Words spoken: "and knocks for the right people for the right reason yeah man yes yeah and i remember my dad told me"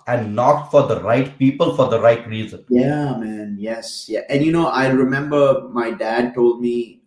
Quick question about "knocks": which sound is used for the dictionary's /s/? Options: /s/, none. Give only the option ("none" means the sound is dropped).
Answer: none